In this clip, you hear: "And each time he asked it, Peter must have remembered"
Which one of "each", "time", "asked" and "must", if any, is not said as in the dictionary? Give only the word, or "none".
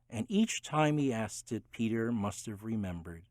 none